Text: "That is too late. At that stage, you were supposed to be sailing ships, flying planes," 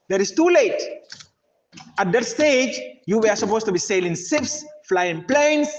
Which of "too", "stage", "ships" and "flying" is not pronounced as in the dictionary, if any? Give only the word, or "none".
ships